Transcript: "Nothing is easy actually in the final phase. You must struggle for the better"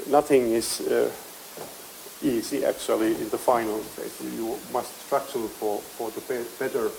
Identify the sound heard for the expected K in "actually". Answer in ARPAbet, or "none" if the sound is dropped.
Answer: K